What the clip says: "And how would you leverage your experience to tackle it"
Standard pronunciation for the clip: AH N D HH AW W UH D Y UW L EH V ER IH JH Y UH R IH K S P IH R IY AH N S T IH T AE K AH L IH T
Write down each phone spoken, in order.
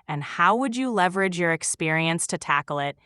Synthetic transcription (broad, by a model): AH N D HH AW W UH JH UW L EH V ER IH JH Y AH R IH K S P IH R IY AH N S T IH T AE K L IH T